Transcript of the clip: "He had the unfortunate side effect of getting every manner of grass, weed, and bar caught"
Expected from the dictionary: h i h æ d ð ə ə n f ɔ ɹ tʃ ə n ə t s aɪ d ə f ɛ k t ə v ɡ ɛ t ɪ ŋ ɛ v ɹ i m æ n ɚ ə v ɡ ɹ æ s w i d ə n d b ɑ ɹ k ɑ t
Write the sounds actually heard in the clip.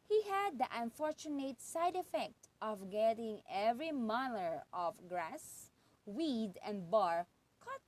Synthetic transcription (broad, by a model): h i h æ d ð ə ə n f ɔ ɹ tʃ ə n ə t s aɪ d ə f ɛ k t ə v ɡ ɛ t ɪ ŋ ɛ v ɹ i m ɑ l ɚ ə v ɡ ɹ æ s w i d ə n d b ɑ ɹ k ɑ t